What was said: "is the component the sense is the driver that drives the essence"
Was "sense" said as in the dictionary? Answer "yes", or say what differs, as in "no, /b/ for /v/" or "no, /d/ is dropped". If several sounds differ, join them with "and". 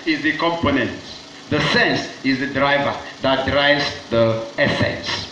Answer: yes